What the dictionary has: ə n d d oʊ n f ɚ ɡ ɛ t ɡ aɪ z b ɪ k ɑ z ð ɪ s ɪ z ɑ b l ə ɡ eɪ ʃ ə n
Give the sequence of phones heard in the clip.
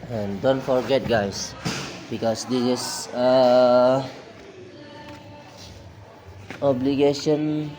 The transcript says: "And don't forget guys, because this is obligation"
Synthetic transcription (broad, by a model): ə n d d oʊ n f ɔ ɡ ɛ t ɡ aɪ s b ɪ k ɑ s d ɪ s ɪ s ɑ b l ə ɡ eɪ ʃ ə n